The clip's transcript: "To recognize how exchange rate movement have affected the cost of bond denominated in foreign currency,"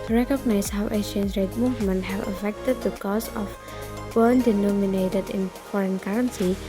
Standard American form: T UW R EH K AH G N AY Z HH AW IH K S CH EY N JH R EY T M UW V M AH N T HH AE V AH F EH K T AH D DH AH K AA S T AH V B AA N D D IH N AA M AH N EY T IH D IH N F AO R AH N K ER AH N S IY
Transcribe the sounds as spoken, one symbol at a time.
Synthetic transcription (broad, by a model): T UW R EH K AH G N AY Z HH AW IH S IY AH N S R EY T M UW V M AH N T HH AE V AH F EH K T AH D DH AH K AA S AH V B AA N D D IH N AA M AH N EY T IH D IH N F AO R AH N K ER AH N S IY